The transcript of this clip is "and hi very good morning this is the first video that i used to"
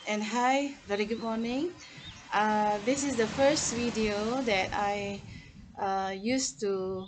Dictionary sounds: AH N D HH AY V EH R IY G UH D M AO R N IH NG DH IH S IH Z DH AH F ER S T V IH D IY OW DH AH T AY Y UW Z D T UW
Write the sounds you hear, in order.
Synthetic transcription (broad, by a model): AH N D HH AY V EH R IY G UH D M AO N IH NG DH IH S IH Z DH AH F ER S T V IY D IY OW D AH T AY Y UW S T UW